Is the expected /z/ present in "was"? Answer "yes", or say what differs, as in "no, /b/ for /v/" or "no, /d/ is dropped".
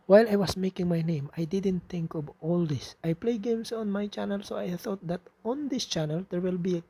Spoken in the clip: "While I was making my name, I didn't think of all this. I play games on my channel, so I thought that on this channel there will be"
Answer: no, /s/ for /z/